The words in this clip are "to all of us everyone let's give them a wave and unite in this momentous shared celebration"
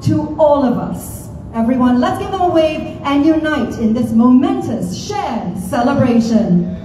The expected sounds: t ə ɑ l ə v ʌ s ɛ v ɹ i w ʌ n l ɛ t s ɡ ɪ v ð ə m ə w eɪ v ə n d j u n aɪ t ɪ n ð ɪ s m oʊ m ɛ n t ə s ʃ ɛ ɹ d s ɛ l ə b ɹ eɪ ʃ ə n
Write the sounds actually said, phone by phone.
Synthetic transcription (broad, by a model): t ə ɑ l ə v ʌ s ɛ v ɹ i w ʌ n l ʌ t s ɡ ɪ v ð ə m ə w eɪ ə n j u n aɪ t ɪ n ð ɪ s m oʊ m ɛ n t ə s ʃ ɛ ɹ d s ɛ l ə b ɹ eɪ ʃ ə n